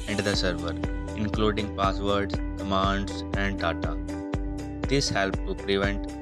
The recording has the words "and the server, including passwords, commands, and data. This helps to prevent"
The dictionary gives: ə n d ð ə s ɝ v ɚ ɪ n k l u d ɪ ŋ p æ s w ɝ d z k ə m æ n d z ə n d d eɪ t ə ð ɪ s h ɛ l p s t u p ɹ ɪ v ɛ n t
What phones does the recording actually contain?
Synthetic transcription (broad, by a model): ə n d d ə s ɝ v ɚ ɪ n k l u d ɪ ŋ p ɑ s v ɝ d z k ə m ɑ n d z ə n d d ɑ t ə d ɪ s h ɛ l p t u p ɹ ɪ v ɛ n t